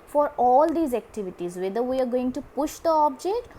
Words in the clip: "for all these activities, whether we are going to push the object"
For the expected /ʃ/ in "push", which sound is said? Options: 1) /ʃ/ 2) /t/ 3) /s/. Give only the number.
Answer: 1